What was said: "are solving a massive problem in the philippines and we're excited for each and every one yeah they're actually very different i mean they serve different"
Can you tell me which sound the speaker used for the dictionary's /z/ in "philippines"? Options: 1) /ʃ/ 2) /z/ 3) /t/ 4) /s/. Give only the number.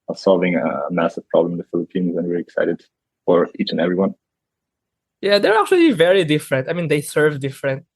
2